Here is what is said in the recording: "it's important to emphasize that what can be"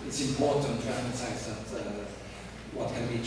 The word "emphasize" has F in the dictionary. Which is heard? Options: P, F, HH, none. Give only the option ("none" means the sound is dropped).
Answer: none